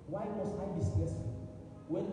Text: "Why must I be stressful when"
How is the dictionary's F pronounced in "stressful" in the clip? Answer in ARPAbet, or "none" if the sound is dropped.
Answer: none